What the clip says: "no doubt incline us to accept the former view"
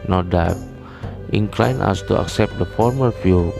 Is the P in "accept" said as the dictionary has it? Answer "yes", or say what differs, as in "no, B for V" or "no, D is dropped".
yes